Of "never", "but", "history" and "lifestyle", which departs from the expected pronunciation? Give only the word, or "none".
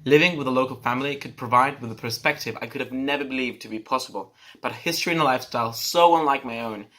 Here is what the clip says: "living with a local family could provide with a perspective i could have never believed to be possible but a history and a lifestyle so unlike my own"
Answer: none